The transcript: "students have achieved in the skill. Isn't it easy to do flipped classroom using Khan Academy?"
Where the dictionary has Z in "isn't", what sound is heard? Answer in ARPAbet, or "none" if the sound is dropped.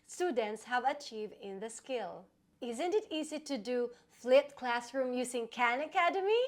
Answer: Z